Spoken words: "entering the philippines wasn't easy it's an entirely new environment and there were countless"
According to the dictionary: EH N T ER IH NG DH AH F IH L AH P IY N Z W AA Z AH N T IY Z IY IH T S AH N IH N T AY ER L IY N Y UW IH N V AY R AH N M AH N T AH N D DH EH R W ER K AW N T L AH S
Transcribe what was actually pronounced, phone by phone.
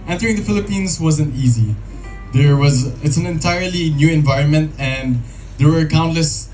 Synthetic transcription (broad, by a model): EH N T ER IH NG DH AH F IH L AH P IY N Z W AA Z AH N T IY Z IY IH T S AH N IH N T AY ER L IY N Y UW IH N V AY R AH N M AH N T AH N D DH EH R W ER K AW N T L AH S